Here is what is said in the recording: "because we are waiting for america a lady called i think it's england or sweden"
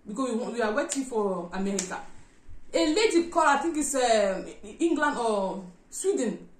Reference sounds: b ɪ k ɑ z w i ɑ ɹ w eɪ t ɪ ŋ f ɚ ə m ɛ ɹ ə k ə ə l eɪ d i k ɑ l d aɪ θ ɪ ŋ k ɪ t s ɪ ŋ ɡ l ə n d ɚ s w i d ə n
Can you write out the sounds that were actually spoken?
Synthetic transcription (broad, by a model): b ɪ k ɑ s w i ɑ w w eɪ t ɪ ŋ f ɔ ə m ɛ ɹ ə k ə ə l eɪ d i k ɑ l aɪ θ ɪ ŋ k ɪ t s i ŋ ɡ l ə n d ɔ s w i d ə n